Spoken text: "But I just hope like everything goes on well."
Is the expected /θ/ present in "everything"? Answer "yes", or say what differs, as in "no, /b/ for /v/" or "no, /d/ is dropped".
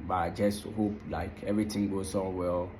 no, /t/ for /θ/